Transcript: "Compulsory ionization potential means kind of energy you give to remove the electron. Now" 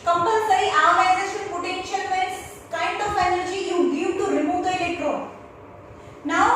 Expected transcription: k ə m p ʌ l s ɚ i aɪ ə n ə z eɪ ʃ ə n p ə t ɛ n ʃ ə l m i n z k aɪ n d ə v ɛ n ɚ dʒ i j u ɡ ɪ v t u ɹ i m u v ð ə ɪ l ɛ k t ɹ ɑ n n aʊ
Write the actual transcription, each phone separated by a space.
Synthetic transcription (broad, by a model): k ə m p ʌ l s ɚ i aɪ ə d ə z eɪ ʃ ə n p ə t ɛ n ʃ ə l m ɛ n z k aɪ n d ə p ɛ n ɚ dʒ i j u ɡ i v t u ɹ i m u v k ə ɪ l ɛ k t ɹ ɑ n n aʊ